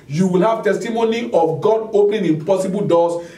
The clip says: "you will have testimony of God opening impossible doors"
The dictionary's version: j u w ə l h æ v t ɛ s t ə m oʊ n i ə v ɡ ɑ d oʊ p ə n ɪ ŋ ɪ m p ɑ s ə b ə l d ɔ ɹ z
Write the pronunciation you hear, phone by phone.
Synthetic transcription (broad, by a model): j u w ə l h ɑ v t ɛ s t ə m oʊ n i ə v ɡ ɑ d oʊ p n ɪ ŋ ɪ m p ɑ s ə b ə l d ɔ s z